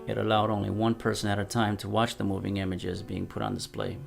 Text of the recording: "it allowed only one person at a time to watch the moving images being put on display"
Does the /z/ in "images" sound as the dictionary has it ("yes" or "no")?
yes